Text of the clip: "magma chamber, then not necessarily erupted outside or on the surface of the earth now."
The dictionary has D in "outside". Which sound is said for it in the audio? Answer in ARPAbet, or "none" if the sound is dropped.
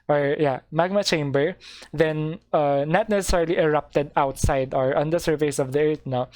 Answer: D